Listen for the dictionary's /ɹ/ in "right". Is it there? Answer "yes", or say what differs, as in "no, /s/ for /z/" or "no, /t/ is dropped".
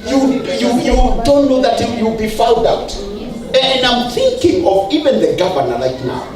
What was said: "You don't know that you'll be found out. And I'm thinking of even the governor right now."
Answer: no, /l/ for /ɹ/